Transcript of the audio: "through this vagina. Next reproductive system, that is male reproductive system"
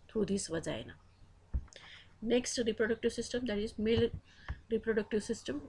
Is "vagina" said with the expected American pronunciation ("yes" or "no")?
no